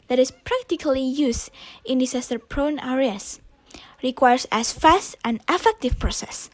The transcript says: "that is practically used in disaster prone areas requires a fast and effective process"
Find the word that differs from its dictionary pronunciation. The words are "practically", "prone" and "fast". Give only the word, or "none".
none